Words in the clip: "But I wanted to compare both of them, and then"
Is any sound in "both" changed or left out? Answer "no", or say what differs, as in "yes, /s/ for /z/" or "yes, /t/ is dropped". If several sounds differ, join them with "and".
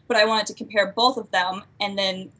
no